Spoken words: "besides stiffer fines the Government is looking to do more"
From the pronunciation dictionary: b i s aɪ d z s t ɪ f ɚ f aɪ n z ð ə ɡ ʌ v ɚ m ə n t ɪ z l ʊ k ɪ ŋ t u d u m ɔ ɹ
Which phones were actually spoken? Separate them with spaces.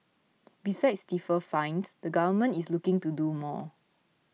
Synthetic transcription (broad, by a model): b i s aɪ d s t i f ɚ f aɪ n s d ə ɡ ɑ v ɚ m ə n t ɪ s l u k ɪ ŋ t u d u m ɔ